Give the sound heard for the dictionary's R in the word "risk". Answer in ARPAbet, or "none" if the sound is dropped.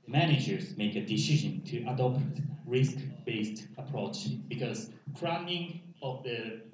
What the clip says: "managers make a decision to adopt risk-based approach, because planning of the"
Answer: R